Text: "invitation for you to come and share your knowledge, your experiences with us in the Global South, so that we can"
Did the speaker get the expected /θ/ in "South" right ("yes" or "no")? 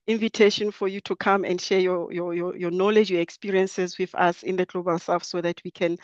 no